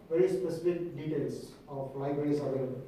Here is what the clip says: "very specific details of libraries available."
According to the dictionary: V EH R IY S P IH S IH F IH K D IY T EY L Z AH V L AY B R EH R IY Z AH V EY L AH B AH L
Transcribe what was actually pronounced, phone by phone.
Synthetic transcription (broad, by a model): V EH R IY S P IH S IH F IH K D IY T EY L S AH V L AY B R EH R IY S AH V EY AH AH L